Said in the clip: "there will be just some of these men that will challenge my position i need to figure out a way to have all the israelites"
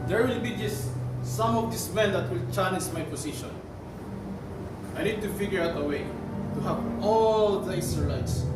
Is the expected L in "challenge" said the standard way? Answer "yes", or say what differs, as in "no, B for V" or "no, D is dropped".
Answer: no, N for L